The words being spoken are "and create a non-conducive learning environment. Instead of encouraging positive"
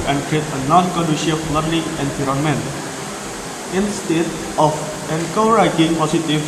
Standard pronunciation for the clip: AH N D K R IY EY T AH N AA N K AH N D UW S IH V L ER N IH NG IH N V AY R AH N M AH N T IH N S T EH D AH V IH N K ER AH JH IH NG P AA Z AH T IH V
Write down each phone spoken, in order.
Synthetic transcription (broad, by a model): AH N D K R IY EY T AH N AA N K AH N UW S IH F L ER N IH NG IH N P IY R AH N M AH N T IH N S T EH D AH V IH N K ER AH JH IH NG P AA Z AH T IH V